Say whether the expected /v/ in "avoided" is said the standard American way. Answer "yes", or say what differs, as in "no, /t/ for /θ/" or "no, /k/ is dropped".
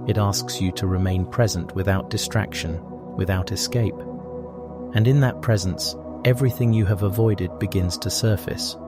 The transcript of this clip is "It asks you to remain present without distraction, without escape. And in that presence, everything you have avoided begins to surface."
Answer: yes